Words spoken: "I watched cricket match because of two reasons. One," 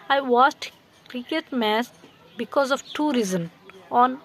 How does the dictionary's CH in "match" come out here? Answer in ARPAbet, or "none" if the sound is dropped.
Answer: S